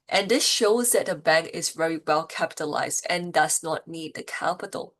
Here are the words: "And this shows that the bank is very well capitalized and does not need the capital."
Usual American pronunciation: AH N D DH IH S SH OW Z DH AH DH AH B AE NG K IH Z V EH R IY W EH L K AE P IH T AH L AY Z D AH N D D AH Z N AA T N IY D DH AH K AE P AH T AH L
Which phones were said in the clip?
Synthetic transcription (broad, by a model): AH N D DH IH S SH OW Z DH AH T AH B AE NG K IH Z V EH R IY W EH L K AE P IH T AH L AY Z D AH N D D AH Z N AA T N IY D DH AH K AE P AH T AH L